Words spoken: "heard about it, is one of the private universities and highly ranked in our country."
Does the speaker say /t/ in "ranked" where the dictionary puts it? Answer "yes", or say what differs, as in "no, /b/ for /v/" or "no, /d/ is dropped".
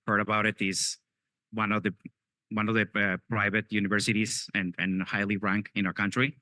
no, /t/ is dropped